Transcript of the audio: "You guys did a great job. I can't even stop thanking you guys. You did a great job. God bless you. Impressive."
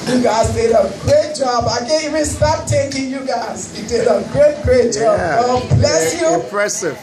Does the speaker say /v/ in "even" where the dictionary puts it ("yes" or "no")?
no